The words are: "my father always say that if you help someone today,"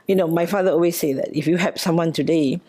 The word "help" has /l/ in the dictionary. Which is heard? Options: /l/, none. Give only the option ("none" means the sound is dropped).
none